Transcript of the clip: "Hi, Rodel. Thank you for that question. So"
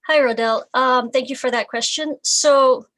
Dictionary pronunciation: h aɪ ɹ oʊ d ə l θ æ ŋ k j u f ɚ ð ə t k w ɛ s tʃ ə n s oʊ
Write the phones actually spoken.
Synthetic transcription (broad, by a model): h aɪ ɹ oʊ d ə l θ æ ŋ k j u f ɚ ð ə t k w ɛ s tʃ ə n s oʊ